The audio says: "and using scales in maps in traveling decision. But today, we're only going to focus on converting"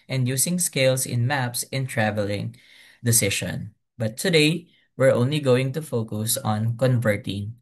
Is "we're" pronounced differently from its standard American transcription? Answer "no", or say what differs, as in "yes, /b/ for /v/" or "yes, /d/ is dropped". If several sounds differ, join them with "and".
no